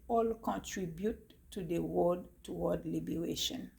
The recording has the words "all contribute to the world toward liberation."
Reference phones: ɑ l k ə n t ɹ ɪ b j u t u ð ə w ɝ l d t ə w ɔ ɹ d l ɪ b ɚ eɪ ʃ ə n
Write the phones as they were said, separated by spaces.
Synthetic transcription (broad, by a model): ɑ l k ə n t ɹ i b j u t u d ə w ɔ d t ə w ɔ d l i b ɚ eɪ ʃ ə n